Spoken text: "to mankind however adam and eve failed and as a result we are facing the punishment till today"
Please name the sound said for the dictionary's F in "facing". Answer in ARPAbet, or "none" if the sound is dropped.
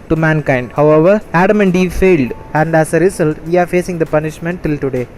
F